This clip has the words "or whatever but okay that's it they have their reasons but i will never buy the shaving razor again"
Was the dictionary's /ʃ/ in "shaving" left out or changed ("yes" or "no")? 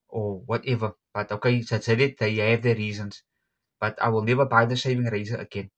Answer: yes